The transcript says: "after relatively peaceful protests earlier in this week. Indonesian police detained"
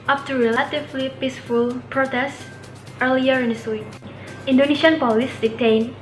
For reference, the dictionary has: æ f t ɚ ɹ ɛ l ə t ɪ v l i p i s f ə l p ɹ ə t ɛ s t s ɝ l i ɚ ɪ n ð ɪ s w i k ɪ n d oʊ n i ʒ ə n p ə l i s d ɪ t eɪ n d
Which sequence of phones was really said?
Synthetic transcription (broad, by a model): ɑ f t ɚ ɹ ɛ l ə t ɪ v l i p i s f ə l p ɹ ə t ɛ s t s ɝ l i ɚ ɪ n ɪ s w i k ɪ n d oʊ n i ʃ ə n p ə l i s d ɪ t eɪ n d